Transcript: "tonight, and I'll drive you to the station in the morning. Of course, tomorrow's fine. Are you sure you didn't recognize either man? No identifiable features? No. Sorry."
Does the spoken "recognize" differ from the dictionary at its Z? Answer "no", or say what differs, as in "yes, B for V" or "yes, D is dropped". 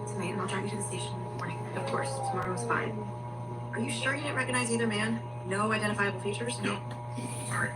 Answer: no